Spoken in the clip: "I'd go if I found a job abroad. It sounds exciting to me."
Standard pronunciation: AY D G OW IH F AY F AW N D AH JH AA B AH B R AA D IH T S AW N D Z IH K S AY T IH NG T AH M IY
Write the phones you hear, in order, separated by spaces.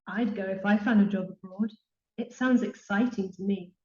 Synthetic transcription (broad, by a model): AY D G OW IH F AY F AW N D AH JH AA B AH B R AA D IH T S AW N D Z IH K S AY T IH NG T AH M IY